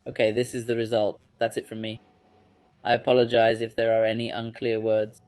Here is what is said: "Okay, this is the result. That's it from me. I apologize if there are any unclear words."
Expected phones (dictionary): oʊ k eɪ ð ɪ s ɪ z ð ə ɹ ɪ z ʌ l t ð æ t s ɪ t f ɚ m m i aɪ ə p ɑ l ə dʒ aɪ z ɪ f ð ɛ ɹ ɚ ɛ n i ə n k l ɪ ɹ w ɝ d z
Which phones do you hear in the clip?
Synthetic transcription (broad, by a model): oʊ k eɪ ð ɪ s ɪ z ð ə ɹ ɪ z ʌ l t ð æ t s ɪ t f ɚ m m i aɪ ə p ɑ l ə dʒ aɪ z ɪ f ð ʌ ɹ ɚ ɛ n i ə n k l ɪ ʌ w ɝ d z